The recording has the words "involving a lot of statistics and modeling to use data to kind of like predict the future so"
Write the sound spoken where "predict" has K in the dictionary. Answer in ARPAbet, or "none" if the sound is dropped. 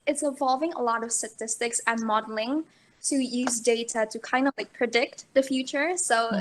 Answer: K